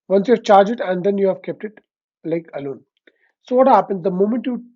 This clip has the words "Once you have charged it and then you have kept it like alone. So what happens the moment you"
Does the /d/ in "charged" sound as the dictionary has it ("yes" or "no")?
no